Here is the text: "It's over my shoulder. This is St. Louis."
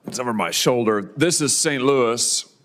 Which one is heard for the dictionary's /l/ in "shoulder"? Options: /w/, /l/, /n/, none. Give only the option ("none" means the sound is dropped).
/l/